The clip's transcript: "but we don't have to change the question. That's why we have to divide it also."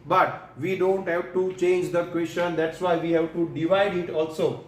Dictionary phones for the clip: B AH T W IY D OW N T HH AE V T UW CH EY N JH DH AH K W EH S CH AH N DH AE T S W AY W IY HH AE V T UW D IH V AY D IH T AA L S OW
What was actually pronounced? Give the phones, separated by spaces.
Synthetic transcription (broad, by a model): B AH T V IY D OW N T HH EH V T UW CH EY N JH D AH K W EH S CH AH N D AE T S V AY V IY HH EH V T UW D IH V AY D IH T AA L S OW